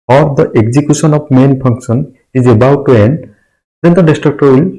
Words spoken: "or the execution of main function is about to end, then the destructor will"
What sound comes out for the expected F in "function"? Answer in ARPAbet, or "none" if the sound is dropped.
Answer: P